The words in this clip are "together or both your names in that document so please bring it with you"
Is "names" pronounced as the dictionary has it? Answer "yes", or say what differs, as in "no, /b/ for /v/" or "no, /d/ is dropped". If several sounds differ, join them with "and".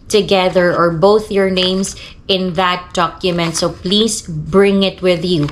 no, /s/ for /z/